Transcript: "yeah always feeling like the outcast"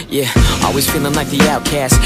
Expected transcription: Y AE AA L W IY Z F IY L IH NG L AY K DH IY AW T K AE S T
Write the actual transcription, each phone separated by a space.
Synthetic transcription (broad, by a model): Y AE AA L W IY Z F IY N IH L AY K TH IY AW T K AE S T